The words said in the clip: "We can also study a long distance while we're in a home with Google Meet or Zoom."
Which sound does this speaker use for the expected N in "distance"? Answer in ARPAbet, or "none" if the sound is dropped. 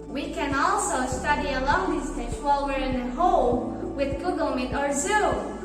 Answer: none